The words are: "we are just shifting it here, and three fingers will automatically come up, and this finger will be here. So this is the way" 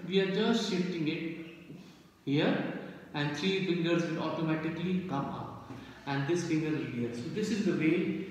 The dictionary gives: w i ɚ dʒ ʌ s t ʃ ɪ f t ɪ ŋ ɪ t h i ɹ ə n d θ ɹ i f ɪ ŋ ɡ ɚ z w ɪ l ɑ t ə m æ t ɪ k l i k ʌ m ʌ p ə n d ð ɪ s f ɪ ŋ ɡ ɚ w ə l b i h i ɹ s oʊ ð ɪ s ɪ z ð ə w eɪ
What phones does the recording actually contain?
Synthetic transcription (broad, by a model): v i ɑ dʒ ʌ s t ʃ ɪ f t ɪ ŋ ɪ t h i ɹ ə n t ɹ i f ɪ ŋ ɡ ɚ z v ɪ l ɑ t ə m æ t ɪ k l i k ʌ m ʌ p ə n d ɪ s f ɪ ŋ ɡ ɚ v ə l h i s oʊ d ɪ s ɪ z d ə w eɪ